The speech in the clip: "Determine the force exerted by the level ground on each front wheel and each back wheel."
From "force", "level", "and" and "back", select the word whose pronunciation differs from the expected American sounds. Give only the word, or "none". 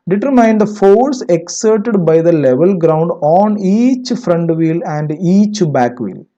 none